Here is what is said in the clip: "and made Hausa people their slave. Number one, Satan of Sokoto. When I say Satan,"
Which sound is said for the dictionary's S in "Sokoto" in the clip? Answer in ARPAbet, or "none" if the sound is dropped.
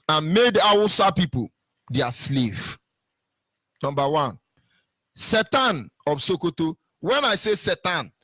S